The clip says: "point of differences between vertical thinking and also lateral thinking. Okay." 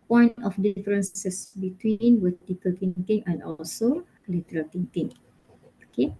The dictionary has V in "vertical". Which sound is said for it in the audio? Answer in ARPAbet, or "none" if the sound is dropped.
W